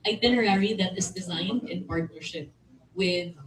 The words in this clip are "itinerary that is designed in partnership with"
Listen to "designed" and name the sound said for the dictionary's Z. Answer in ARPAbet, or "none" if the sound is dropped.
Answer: Z